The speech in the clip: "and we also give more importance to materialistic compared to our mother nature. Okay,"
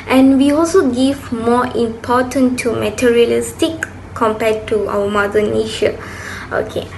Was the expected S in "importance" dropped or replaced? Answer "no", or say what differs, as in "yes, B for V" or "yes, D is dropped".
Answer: yes, S is dropped